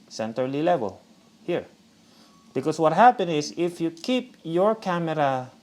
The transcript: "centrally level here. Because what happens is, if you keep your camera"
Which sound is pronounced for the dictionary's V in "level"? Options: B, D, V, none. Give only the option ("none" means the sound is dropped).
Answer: V